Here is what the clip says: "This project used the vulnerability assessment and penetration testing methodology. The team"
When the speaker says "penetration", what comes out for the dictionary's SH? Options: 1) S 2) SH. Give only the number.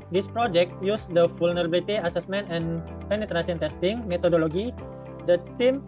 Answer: 1